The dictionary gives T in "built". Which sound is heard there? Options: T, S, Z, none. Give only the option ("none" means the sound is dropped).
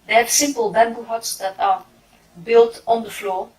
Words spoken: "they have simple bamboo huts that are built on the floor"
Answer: T